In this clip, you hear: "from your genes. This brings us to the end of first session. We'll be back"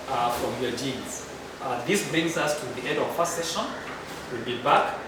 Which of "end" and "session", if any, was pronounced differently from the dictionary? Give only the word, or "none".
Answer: end